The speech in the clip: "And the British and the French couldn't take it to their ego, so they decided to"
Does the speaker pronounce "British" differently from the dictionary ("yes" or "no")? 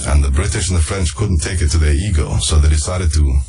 no